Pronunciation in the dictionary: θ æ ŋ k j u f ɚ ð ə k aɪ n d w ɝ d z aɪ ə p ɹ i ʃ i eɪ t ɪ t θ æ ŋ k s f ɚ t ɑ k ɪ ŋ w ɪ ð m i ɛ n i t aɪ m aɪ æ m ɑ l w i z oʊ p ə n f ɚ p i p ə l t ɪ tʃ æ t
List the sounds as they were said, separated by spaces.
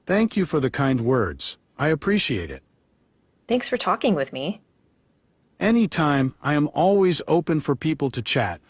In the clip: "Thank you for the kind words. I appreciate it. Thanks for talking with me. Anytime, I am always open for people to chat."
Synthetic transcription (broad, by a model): θ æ ŋ k j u f ɚ ð ə k aɪ n d w ɝ d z aɪ ə p ɹ i ʃ i eɪ t ɪ t θ æ ŋ k s f ɚ t ɑ k ɪ ŋ w ɪ ð m i ɛ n i t aɪ m aɪ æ m ɑ l w i z oʊ p ə n f ɚ p i p l t ɪ tʃ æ t